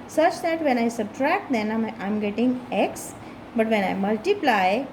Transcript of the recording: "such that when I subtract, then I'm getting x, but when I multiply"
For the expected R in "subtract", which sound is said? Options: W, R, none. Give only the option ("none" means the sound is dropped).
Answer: R